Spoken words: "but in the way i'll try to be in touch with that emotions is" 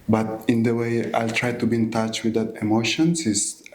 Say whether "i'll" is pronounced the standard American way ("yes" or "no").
yes